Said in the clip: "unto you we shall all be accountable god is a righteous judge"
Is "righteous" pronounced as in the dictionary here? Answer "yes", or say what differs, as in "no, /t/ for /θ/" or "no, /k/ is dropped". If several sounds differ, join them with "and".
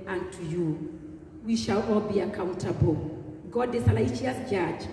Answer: no, /l/ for /ɹ/